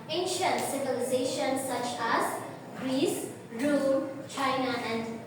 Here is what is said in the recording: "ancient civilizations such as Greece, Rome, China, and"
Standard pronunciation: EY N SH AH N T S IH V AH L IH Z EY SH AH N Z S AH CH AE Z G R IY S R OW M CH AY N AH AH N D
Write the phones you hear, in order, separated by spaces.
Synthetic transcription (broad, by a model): EY N SH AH N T S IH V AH L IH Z EY SH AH N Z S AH CH AE Z G R IY S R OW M CH AY N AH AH N D